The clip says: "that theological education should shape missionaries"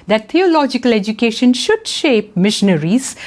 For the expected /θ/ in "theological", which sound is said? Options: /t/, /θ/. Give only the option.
/t/